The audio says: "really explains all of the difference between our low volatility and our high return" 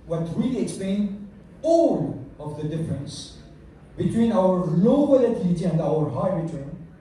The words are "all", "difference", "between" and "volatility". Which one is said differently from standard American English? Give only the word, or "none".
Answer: volatility